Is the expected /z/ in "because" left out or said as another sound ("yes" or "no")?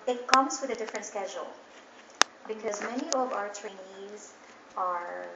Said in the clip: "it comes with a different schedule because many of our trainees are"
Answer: no